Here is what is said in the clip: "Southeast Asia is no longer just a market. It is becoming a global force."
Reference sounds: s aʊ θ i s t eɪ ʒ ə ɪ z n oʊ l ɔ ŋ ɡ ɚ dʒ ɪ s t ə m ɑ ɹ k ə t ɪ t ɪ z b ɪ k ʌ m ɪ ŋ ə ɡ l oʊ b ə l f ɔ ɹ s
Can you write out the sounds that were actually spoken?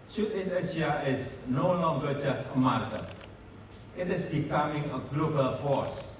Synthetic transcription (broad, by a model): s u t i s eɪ ʃ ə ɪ s n oʊ l ɔ ŋ ɡ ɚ dʒ ɪ s t ə m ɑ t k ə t ɪ t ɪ s b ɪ k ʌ m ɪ ŋ ə ɡ l oʊ b ə l f ɔ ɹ s